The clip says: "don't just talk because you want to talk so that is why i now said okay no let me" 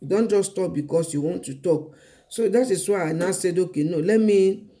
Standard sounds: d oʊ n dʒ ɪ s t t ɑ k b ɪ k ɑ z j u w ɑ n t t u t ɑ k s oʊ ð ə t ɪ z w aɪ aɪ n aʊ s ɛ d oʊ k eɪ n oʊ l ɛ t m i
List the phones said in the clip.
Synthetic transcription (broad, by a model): d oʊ n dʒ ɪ s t t ɑ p b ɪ k ɑ s j u w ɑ n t t u t ɑ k s oʊ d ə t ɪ s w aɪ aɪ n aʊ s ɛ d oʊ k eɪ n oʊ l ɛ t m i